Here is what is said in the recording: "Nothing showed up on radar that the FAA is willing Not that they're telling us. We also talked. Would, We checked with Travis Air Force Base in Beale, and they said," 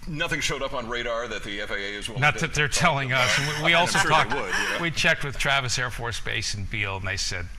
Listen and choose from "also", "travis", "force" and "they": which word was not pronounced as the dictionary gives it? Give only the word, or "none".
none